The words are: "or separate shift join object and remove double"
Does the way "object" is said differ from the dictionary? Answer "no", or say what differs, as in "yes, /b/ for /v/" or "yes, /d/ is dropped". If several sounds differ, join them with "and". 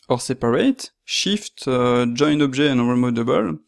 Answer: yes, /ʒ/ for /dʒ/